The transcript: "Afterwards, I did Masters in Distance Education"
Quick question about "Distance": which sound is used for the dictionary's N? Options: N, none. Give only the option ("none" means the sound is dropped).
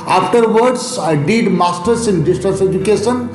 none